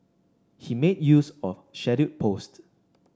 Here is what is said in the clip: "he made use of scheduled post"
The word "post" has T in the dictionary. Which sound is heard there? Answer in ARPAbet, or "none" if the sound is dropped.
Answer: T